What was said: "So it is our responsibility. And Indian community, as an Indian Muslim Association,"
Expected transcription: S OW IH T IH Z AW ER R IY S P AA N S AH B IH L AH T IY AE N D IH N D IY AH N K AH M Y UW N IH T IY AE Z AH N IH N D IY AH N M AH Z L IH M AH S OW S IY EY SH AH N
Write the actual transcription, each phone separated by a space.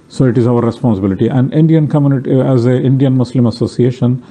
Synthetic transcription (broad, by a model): S OW IH T IH Z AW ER R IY S P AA N S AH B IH L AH T IY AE N D IH N D IY AH N K AH M Y UW N IH T IY AE Z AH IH N D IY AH N M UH S L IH M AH S OW S IY EY SH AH N